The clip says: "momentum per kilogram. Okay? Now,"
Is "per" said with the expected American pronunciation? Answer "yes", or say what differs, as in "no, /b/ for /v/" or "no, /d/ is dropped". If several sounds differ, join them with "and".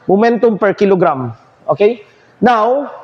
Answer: yes